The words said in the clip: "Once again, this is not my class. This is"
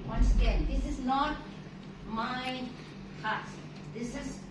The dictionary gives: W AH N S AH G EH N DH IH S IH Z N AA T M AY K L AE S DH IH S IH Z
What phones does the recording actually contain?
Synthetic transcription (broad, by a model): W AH N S AH G EH N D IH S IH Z N AA T M AY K AA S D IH S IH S